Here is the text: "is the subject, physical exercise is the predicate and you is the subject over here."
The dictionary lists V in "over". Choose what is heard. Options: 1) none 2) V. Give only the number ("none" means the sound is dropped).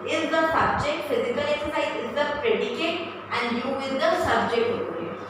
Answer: 1